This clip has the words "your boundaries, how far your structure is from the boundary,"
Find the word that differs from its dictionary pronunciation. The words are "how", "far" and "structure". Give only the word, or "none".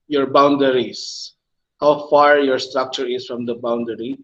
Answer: none